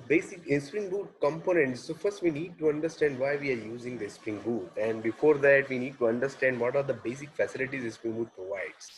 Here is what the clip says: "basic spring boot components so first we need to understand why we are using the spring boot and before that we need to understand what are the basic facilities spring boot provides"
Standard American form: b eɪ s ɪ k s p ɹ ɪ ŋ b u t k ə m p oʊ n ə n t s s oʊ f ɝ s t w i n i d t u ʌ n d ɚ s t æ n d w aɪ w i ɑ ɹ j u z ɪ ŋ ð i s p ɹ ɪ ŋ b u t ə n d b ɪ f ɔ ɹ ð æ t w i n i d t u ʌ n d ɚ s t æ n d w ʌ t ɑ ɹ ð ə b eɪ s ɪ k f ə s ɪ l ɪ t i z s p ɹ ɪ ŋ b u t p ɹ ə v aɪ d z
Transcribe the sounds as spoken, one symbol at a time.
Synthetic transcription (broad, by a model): b eɪ s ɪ k s p ɹ ɪ ŋ b u t k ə m p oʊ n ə n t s s oʊ f ɝ s t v i n i d t u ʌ n d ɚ s t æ n d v aɪ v i ɑ ɹ j u z ɪ ŋ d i s p ɹ ɪ ŋ b u t ə n d b ɪ f ɔ ɹ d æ t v i n i d t u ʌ n d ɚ s t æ n d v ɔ t ɑ ɹ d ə b eɪ s ɪ k f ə s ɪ l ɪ t i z s p ɹ ɪ ŋ b u t p ɹ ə v aɪ d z